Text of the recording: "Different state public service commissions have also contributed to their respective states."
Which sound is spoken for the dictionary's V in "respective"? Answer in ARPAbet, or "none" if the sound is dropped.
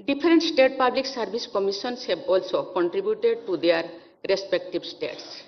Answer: B